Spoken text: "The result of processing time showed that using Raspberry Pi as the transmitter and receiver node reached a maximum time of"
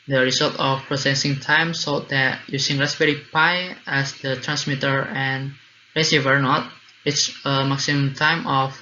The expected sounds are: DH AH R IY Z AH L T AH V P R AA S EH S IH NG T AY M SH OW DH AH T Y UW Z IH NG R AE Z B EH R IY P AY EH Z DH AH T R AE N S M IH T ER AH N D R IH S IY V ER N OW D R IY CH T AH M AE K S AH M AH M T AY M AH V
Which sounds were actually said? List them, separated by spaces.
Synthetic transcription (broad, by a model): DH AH R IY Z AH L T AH F P R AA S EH S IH NG T AY M S OW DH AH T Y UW S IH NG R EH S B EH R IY P AY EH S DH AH T R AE N S M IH T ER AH N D R IH S IY V ER N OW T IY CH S AH M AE K S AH M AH M T AY M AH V